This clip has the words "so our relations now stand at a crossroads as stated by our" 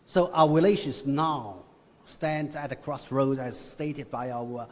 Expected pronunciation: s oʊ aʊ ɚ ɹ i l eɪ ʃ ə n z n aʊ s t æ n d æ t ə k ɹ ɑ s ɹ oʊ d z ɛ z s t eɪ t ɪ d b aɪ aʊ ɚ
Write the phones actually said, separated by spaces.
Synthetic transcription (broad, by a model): s oʊ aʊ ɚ ɹ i l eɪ ʃ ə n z n aʊ s t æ n d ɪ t ə k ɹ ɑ s ɹ oʊ d ɪ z s t eɪ t ɪ d b aɪ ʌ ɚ